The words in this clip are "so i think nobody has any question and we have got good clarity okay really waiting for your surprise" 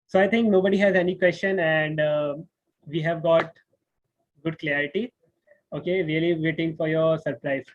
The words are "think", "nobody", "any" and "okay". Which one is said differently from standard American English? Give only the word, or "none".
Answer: think